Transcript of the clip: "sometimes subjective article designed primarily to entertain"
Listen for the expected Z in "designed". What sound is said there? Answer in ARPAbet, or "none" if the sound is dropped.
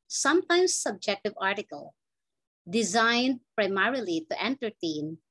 Z